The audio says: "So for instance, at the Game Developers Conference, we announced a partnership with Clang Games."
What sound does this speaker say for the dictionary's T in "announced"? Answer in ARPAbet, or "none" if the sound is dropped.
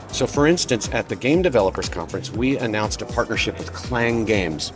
T